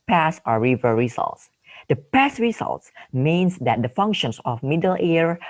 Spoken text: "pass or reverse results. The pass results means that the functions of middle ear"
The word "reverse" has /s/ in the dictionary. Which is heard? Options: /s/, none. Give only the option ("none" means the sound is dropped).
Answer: none